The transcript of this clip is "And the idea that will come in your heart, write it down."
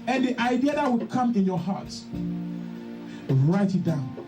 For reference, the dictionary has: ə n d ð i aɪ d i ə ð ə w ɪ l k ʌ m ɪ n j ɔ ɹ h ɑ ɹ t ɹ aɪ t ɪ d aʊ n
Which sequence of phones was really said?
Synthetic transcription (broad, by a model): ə n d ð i aɪ d i ə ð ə w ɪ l k ʌ m ɪ n j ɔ h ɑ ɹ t ɹ aɪ t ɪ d aʊ n